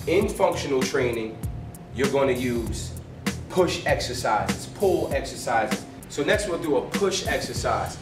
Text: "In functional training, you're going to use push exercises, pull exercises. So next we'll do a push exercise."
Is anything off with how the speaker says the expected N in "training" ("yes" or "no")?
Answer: no